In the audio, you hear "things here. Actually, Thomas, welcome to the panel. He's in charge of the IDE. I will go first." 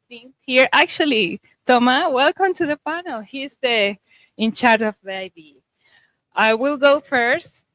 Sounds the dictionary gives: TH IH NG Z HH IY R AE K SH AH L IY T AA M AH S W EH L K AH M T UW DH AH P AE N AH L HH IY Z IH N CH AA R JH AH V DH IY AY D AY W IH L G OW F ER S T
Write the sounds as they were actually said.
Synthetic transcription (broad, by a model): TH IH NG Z HH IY R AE K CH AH L IY T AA M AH W EH L K AH M T UW DH AH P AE N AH L HH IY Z IH N CH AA R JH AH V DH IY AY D AY W IH L G OW F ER S T